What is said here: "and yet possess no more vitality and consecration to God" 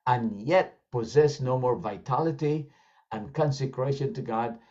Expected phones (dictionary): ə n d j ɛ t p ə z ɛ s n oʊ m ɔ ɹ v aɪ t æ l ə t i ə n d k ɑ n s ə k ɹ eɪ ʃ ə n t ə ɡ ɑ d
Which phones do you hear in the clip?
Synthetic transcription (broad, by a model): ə n j ɛ t p ə z ɛ s n oʊ m ɔ ɹ v aɪ t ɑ l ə t i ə n k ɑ n s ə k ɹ eɪ ʃ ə n t ə ɡ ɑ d